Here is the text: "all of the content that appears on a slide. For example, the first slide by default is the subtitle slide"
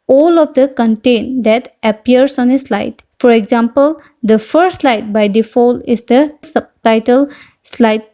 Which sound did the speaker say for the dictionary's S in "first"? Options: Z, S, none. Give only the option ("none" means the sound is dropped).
none